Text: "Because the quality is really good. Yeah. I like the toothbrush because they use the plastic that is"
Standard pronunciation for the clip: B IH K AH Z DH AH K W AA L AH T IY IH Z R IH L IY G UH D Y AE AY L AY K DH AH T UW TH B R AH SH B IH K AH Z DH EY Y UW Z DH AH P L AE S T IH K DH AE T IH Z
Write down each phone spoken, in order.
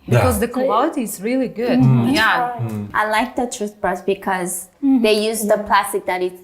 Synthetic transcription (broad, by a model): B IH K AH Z DH AH K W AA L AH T IY IH Z R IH L IY G UH D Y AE AY L AY K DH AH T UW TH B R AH S B IH K AH Z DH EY Y UW Z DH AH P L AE S T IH K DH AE T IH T